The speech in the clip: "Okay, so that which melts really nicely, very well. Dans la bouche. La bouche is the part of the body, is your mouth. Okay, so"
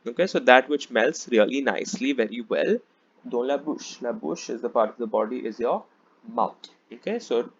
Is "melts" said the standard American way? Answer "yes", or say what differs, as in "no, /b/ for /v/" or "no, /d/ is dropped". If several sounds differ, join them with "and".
yes